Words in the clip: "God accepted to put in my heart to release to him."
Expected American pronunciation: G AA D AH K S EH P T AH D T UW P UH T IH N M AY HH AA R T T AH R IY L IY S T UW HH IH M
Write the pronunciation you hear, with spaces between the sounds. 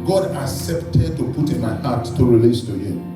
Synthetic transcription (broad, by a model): G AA D AH K S EH P T AH D T UW P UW T IH N M AY HH AA T T AH R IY L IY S T UW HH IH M